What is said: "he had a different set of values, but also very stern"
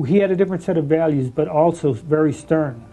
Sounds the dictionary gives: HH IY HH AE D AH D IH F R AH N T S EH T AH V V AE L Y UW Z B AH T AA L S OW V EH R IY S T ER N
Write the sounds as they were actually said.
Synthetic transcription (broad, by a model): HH IY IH D AH D IH F R AH N T S EH T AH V V AE L Y UW Z B AH T AA L S OW V EH R IY S T ER N